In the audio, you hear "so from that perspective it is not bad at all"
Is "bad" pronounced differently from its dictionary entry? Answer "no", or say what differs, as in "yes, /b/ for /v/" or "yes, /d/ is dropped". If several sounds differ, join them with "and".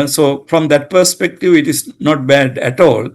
no